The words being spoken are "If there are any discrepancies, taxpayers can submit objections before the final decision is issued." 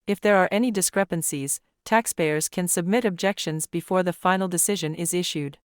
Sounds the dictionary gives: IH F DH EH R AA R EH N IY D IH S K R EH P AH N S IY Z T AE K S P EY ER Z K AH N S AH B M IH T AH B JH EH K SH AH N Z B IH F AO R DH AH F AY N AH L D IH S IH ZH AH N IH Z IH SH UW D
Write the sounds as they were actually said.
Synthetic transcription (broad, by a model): IH F DH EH R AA R EH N IY D IH S K R EH P AH N S IY Z T AE K S P EY ER Z K AH N S AH B M IH T AH B JH EH K SH AH N Z B IH F AO R DH AH F AY N L D IH S IH ZH AH N IH Z IH SH UW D